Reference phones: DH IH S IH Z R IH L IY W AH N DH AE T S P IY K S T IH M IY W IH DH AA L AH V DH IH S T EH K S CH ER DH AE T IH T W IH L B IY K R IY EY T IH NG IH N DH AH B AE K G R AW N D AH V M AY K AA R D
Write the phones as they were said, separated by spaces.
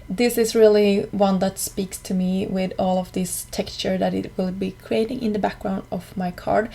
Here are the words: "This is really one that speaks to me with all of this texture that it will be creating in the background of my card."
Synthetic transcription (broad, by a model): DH IH S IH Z R IH L IY W AH N DH AE T S P IY K S T IH M IY W IH DH AA L AH V DH IH S T EH K S CH ER DH AE T IH T W IH L B IY K R IY EY T IH NG IH N DH AH B AE K G R AW N D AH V M AY K AA R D